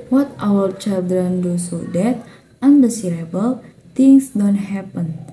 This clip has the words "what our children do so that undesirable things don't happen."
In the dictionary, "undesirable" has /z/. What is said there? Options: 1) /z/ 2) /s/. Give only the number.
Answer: 2